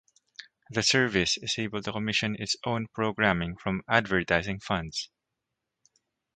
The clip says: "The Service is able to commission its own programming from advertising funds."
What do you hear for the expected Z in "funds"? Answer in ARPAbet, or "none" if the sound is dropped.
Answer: S